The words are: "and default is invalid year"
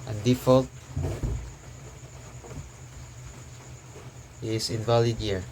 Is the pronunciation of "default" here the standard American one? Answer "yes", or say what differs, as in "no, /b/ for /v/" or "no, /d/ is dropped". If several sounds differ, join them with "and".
yes